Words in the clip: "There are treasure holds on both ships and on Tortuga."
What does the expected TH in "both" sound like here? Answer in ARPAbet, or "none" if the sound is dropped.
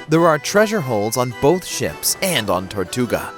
TH